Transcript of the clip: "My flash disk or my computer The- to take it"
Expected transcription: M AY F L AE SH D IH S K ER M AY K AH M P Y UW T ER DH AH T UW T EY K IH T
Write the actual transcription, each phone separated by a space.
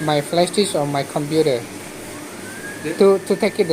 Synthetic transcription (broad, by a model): M AY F L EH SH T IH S AO M AY K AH M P Y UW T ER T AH T UW T EY K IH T